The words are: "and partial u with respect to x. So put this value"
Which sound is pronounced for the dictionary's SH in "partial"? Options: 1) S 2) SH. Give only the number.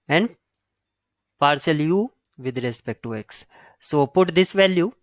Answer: 1